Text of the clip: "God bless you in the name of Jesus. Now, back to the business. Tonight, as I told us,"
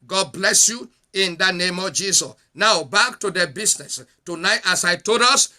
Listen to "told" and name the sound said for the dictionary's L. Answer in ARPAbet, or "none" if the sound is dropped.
none